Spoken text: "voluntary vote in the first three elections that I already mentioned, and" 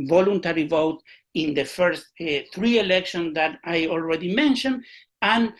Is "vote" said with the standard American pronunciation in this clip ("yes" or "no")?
yes